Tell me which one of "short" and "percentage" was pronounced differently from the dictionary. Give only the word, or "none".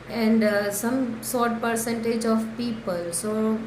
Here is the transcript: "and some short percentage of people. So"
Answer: short